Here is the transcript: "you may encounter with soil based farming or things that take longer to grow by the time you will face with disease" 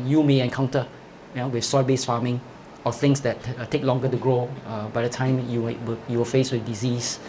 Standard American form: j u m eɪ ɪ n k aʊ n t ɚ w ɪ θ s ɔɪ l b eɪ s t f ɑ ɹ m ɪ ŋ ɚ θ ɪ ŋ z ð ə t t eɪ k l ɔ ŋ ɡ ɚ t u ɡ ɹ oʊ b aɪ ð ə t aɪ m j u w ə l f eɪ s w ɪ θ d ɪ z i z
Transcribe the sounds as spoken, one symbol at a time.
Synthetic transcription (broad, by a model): j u m eɪ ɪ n k aʊ n t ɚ w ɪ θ s ɔɪ l b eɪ s f ɑ m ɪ ŋ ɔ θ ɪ ŋ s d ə t t eɪ k l ɔ ŋ ɡ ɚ t u ɡ ɹ oʊ b aɪ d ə t aɪ m j u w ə w f eɪ s w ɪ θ d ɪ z i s